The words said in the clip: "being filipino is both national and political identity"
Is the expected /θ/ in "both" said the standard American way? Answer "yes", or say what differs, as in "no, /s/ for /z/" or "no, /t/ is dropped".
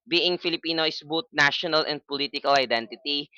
no, /t/ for /θ/